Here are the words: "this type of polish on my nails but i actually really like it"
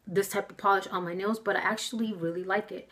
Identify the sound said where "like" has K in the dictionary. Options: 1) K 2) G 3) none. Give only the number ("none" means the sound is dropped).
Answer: 1